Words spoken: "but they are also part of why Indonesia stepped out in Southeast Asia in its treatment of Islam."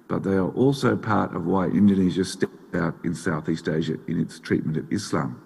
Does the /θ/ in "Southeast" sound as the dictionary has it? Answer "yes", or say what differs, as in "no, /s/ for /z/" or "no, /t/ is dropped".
yes